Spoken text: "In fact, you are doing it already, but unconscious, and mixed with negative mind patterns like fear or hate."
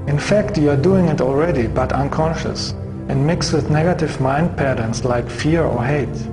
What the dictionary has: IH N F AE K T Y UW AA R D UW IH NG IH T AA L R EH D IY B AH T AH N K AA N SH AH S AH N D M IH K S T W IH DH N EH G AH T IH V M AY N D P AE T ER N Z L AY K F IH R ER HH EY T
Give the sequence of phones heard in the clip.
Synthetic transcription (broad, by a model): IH N F AE K T Y UW AA R D UW IH NG IH T AA L R EH D IY B AH T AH N K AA N SH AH S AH N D M IH K S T W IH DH N EH G AH T IH V M AY N D P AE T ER N S L AY K F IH R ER HH EY T